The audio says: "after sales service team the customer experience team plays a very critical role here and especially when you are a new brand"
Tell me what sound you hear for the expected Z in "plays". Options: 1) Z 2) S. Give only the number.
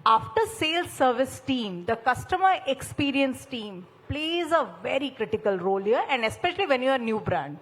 1